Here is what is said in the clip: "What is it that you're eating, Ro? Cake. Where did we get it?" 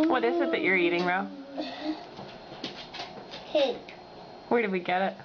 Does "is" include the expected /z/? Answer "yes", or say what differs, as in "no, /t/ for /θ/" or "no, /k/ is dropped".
no, /s/ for /z/